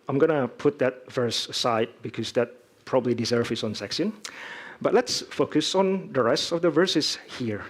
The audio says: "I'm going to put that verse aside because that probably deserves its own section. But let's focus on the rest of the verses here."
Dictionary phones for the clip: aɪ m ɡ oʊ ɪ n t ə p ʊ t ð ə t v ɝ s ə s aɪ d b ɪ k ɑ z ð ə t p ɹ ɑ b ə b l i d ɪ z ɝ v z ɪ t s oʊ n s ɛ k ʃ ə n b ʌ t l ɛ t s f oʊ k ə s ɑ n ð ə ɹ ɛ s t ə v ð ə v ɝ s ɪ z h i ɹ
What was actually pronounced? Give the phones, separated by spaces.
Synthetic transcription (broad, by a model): aɪ m ɡ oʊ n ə p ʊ t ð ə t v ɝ s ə ɪ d b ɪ k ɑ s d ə t p ɹ ɑ b ə b l i d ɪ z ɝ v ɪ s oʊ n s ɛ k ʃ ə n b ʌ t l ɛ t s f oʊ k ə s ɑ n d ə ɹ ɛ s t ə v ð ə v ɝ s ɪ s h i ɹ